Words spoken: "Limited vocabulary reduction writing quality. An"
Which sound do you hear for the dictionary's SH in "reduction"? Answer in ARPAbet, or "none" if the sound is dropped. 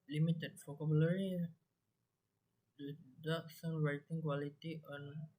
S